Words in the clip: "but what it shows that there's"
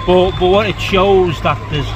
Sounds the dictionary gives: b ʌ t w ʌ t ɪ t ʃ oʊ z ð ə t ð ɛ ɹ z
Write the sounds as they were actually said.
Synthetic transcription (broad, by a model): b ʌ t w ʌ t ɪ t ʃ oʊ z ð ə t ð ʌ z